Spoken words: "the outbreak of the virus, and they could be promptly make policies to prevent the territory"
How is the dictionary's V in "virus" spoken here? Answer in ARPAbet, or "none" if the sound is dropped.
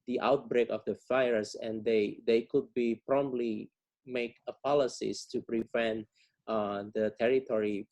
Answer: F